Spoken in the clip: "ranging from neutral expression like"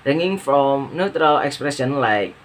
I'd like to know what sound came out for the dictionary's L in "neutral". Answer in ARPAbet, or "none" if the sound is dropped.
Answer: L